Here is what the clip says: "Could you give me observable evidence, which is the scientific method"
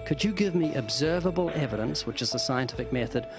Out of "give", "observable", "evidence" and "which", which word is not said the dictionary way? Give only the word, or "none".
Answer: none